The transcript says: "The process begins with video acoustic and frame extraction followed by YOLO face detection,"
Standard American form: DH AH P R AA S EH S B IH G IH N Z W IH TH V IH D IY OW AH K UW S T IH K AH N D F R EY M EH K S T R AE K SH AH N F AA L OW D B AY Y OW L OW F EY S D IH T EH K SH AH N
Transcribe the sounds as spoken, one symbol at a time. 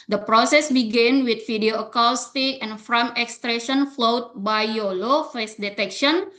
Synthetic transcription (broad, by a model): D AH P R AA S EH S B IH G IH N W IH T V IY D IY OW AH K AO S T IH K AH N F R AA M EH K S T R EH SH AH N F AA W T B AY Y OW L OW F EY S D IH T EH K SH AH N